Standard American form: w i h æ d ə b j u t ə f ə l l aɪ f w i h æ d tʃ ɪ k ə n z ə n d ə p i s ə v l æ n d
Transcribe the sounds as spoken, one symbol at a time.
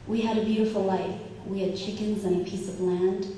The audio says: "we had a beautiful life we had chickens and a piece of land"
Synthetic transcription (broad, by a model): w i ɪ d ə b j u t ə f l l aɪ f w i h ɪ d tʃ ɪ k ə n z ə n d ə p i s ə v l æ n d